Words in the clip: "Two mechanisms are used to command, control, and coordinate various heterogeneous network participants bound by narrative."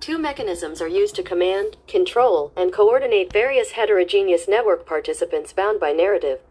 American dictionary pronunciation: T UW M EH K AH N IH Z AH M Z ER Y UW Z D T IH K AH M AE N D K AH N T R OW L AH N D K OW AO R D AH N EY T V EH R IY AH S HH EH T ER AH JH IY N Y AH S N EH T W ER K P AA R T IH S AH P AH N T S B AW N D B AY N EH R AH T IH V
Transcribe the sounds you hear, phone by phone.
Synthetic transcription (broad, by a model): T UW M EH K AH N IH Z AH M Z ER Y UW Z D T IH K AH M AE N D K AH N T R OW L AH N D K OW AO R D N EY T V EH R IY AH S HH EH T ER AH JH IY N Y AH S N EH T W ER K P AA R T IH S AH P AH N T S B AW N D B AY N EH R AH T IH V